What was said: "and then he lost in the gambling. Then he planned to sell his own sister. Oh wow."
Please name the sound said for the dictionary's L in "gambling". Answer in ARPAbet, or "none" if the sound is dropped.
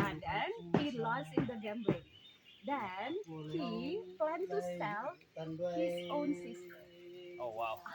none